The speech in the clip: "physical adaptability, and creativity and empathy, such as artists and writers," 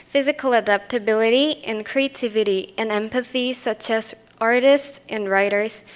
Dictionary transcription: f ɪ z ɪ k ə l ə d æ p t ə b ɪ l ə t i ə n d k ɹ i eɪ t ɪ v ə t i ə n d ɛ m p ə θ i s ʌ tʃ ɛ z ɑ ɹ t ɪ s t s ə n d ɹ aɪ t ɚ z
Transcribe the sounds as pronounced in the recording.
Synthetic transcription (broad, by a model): f ɪ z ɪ k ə l ə d æ p t ə b ɪ l ə t i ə n k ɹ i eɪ t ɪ v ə t i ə n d ɛ m p ə θ i s ʌ tʃ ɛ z ɑ ɹ t ɪ s t s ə n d ɹ aɪ t ɚ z